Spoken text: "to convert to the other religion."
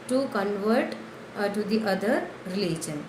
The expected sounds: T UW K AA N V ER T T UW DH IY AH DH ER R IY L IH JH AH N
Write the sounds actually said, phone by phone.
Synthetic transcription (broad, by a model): T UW K AA N V ER T T UW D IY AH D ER R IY L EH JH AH N